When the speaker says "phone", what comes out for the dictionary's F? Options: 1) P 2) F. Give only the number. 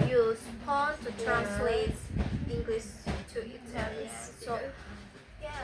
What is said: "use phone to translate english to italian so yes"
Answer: 1